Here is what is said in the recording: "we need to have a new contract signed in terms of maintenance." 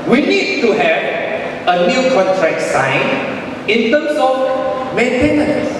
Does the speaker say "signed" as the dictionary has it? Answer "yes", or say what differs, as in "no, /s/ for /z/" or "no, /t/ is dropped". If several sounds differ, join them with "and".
no, /d/ is dropped